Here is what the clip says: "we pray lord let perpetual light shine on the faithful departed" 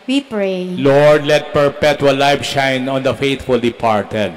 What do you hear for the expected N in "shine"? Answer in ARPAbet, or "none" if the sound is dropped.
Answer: N